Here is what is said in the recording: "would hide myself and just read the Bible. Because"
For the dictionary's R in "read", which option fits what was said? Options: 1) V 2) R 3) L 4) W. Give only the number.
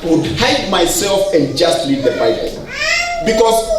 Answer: 3